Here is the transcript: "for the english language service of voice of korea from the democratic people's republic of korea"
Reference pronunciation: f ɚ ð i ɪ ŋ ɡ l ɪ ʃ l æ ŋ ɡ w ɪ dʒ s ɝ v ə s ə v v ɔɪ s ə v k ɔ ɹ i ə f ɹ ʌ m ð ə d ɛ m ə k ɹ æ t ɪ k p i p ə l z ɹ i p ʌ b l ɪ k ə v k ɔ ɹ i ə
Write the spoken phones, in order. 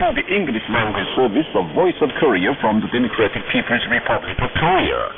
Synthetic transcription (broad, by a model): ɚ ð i ɪ ŋ ɡ l ɪ ʃ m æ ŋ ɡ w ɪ s ɝ v ə s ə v v ɔɪ s ə v k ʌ ɹ i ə f ɹ ʌ m ð ə d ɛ m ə k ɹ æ t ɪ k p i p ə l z ɹ i p ʌ b l ɪ k ə v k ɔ ɹ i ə